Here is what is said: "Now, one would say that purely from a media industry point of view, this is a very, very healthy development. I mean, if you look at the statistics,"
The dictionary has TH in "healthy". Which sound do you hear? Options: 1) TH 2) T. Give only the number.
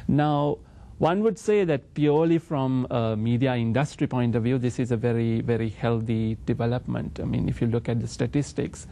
2